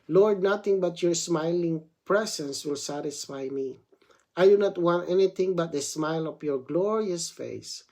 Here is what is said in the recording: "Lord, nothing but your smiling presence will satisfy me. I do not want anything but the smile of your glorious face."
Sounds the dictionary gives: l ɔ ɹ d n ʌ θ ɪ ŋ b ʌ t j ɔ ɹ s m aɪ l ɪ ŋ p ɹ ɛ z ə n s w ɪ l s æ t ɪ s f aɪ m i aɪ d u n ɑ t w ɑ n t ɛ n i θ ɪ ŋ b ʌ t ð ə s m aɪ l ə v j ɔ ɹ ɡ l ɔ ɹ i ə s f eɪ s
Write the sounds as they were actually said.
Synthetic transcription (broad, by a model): l ɔ ɹ d n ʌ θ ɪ ŋ b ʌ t j ɔ ɹ s m aɪ l ɪ ŋ p ɹ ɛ s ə n s w ɪ l s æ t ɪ s f aɪ m i aɪ d u n ɑ t w ɑ n t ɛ n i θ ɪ ŋ b ʌ t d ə s m aɪ l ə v j ɔ ɹ ɡ l ɔ ɹ i ə s f eɪ s